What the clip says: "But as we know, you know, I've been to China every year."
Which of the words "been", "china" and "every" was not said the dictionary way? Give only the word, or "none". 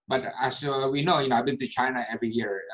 none